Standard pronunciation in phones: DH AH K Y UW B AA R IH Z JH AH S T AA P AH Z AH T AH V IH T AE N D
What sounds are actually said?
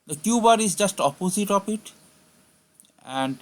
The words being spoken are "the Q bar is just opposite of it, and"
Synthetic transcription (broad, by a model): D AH K Y UW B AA R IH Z JH AH S T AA P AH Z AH T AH P IH T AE N D